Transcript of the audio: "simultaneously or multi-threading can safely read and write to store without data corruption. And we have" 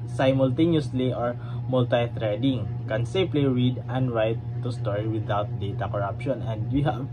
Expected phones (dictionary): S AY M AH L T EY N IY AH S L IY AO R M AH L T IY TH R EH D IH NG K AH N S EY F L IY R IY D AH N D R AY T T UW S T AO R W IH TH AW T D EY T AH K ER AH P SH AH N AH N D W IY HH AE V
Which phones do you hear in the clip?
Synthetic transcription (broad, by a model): S AY M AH L T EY N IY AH S L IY AO R M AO L T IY T R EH D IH NG K AH N S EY P L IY R IY D AH N D R AY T T UW S T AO R W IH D AW T D EY T AH K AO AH P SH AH N AH N D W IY HH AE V